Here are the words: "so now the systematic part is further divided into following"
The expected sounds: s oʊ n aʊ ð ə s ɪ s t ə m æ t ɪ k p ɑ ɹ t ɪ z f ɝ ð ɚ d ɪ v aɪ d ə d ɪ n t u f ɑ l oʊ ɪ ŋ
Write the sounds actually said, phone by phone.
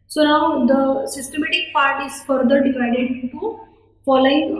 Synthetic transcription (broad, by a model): s oʊ n aʊ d ə s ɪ s t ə m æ t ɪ k p ɑ ɹ t ɪ z f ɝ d ɚ d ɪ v aɪ d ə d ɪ t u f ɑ l oʊ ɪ ŋ